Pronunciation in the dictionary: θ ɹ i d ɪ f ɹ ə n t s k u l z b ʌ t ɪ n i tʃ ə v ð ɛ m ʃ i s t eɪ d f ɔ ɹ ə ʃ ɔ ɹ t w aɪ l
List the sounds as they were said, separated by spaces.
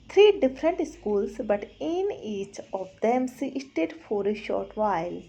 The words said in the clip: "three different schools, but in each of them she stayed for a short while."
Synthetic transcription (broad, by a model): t ɹ i d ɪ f ɹ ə n t s k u l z b ʌ t ɪ n i tʃ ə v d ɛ m s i s t eɪ d f ɔ ɹ ə ʃ ɔ ɹ t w aɪ l